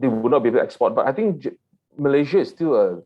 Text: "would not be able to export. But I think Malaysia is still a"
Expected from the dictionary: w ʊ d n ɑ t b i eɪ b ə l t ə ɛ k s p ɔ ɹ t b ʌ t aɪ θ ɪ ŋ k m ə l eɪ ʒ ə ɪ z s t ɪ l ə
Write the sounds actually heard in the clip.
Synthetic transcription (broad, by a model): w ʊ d n ɑ t b i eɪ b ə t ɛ k s p ɔ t b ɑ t aɪ t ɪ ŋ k m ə l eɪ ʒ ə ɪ s t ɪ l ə